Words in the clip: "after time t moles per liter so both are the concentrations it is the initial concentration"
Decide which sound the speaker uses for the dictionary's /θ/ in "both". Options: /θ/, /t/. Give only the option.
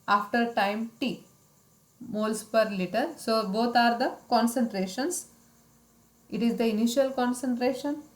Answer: /t/